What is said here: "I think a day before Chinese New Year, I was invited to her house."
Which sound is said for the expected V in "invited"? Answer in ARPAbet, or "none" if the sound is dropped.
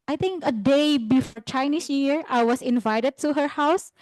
V